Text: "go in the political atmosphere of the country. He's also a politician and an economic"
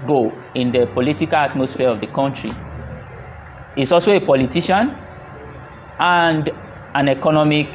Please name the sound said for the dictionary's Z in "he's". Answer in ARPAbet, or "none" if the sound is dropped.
S